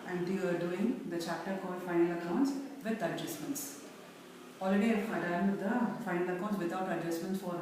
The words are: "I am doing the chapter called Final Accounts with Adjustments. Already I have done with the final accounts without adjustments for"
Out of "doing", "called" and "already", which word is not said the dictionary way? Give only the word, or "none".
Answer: called